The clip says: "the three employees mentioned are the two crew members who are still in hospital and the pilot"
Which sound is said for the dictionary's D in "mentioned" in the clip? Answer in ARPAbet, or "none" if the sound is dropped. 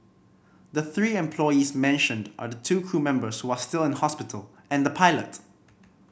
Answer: D